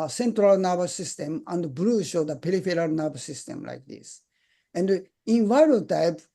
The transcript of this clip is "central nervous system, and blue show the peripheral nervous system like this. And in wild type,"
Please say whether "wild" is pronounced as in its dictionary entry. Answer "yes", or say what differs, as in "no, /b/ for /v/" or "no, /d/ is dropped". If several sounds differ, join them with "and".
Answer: no, /l/ is dropped